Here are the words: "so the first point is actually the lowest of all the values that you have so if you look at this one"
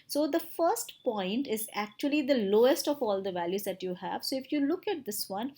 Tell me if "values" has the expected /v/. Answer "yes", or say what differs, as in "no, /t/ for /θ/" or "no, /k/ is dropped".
yes